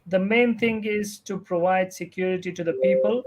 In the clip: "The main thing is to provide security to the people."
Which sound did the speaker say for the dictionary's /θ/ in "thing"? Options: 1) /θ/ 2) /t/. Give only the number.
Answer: 2